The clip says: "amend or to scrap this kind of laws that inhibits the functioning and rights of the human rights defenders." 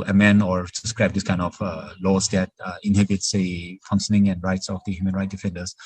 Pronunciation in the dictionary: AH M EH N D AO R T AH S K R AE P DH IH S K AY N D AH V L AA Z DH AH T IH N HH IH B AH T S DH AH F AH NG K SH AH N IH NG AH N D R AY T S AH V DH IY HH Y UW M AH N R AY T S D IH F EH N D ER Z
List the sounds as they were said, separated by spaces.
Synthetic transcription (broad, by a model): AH M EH N AO R S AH S K R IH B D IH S K AY N D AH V L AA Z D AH T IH N HH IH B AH T S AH F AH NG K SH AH N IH NG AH N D R AY T S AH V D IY HH Y UW M AH N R AY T D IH F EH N D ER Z